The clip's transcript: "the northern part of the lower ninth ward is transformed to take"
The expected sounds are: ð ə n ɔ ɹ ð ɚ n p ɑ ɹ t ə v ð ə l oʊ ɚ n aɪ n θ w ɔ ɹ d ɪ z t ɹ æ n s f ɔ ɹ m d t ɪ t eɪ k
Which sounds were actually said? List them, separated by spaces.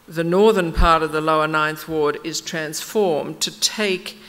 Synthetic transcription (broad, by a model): ð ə n ɔ ɹ ð ɚ n p ɑ ɹ t ə v ð ə l oʊ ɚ n aɪ n θ w ɔ ɹ d ɪ z t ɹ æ n s f ɔ ɹ m t ɪ t eɪ k